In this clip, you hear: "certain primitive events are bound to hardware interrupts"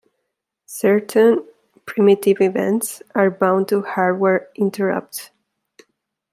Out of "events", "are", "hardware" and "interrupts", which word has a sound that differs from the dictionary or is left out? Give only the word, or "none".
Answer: interrupts